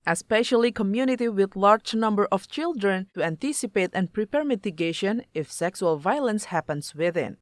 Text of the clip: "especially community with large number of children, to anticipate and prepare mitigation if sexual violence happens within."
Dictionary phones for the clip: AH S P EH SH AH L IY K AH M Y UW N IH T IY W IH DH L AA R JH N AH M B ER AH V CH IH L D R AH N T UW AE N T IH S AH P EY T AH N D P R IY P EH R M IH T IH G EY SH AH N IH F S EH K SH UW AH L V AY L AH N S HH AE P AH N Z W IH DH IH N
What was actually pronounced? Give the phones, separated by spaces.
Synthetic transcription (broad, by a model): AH S P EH SH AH L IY K AH M Y UW N IH T IY W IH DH L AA R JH N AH M B ER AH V CH IH L D R AH N T UW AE N T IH S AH P EY T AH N P R IY P EH R M IH T IH G EY SH AH N IH F S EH K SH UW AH L V AY L AH N S HH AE P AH N S W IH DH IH N